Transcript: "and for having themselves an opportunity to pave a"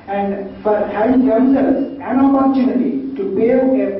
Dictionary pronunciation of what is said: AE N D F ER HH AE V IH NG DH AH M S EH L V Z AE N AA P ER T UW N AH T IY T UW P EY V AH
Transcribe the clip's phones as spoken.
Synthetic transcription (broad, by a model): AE N D F ER HH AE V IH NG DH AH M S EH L Z AE N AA P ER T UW N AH T IY T UW B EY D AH